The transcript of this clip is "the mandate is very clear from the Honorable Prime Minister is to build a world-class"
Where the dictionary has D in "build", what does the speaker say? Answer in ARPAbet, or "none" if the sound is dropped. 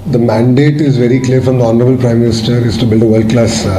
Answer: D